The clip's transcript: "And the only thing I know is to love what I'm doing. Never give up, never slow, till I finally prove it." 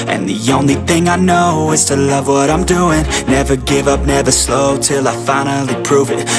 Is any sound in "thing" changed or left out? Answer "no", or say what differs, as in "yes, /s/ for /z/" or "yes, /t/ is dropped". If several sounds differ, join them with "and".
no